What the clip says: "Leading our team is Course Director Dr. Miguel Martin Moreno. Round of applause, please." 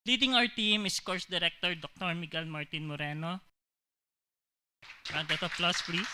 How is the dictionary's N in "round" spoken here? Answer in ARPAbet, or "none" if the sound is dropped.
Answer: none